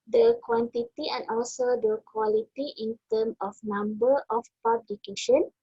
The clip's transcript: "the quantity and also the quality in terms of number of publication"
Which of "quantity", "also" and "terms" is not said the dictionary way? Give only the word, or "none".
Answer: terms